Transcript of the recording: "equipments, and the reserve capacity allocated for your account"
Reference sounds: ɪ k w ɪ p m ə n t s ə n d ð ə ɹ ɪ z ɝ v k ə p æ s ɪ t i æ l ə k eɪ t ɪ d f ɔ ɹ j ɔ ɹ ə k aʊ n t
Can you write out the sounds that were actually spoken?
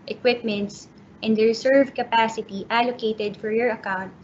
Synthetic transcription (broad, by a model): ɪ k w ɪ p m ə n t s ə n d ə ɹ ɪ s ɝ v k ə p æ s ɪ t i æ l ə k eɪ t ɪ d f ɔ ɹ j ɔ ɹ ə k aʊ n t